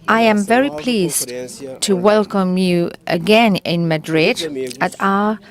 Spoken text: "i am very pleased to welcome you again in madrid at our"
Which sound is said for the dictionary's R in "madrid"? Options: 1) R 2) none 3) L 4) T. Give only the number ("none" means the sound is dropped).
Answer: 1